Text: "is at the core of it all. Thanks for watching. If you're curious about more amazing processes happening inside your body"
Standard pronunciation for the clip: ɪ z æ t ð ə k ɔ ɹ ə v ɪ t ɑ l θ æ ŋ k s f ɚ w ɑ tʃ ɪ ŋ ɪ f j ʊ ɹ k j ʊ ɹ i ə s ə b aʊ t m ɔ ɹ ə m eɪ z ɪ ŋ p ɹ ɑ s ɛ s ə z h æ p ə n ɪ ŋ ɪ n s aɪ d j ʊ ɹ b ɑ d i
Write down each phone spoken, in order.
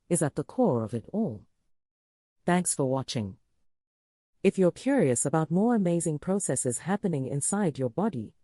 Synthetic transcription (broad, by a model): ɪ z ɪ t ð ə k ɔ ɹ ə v ɪ t ɑ l θ æ ŋ k s f ɚ w ɑ tʃ ɪ ŋ ɪ f j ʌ ɹ k j ʊ ɹ i ə s ə b aʊ t m ɔ ɹ ə m eɪ z ɪ ŋ p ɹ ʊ s ɛ s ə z h æ p ə n ɪ ŋ ɪ n s aɪ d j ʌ ɹ b ɑ d i